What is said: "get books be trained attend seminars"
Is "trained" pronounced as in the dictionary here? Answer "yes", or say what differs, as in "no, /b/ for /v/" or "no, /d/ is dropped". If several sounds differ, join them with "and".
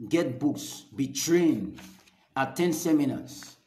no, /d/ is dropped